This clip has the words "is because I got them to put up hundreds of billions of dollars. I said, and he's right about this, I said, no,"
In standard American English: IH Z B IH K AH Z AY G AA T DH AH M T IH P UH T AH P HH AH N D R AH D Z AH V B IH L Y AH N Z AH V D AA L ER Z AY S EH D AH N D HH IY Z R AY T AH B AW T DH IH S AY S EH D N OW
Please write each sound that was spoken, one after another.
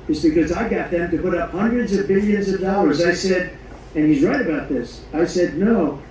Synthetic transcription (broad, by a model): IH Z B IH K AH Z AY G AA T DH AH M T IH P UH T AH P HH AH N D R AH D Z AH V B IH L Y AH N Z AH V D AA L ER Z AY S EH D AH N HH IY Z R AY T AH B AW T DH IH S AY S EH D N OW